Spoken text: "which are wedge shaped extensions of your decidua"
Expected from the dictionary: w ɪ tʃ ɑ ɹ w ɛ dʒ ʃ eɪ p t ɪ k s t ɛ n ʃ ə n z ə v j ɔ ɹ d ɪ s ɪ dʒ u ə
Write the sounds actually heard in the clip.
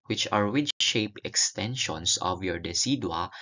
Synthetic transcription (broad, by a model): w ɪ tʃ ɑ ɹ w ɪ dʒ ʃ eɪ p ɪ k s t ɛ n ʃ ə n s ə v j ɔ ɹ d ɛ s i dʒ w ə